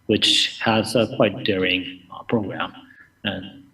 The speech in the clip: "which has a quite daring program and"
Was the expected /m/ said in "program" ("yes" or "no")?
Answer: yes